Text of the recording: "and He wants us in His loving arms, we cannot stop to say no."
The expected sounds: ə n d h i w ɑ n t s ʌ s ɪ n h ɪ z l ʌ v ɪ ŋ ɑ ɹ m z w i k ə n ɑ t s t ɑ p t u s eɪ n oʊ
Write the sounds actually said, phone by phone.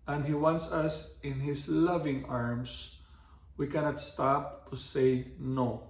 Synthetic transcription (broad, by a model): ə n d h i w ɑ n t s ʌ s ɪ n h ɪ s l ʌ v ɪ ŋ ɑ ɹ m s w i k ə n ɑ t s t ɑ p t u s eɪ n oʊ